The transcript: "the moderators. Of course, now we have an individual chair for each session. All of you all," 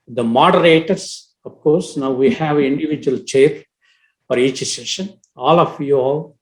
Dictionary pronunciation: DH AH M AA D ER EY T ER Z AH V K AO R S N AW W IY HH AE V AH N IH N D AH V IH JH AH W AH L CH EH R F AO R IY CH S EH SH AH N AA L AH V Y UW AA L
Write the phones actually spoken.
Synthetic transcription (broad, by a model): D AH M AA D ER EY T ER S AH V K AO R S N AW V IY HH AE V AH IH N D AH V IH JH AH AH L CH EH R F AO R IY CH S EH SH AH N AA L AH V Y UW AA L